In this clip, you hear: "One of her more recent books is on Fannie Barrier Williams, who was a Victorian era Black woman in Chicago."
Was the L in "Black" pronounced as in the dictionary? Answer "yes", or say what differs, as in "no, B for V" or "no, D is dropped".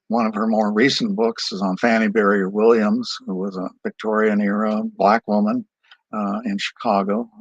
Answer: yes